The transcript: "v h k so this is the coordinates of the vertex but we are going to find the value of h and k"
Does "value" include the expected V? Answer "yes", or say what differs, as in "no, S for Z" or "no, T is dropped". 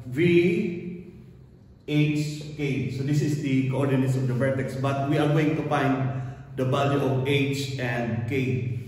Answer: no, B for V